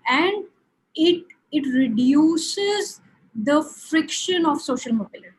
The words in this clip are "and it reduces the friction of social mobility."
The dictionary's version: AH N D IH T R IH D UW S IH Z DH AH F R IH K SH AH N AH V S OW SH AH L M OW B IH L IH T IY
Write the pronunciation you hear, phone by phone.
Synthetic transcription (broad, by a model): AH N D IH T R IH D UW S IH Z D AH F R IH K SH AH N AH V S OW SH AH L M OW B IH L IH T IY